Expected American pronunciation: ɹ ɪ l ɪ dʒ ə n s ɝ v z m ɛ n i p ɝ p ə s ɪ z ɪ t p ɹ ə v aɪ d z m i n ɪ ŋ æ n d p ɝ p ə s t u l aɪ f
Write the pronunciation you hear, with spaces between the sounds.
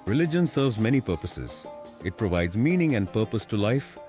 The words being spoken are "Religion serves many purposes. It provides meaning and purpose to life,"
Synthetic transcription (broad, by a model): ɹ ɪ l ɪ dʒ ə n s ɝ v z m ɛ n i p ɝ p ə s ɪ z ɪ t p ɹ ə v aɪ d z m i n ɪ ŋ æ n d p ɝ p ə s t u l aɪ f